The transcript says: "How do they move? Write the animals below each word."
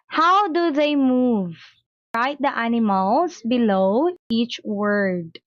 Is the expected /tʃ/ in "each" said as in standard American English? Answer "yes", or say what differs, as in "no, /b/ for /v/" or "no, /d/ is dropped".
yes